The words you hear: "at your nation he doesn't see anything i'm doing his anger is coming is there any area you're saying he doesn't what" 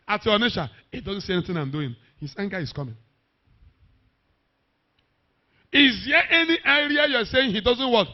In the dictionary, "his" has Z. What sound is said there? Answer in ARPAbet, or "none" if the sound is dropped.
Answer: S